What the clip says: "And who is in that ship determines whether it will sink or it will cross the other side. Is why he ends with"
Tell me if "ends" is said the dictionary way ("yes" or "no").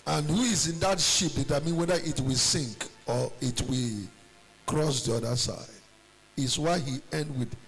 no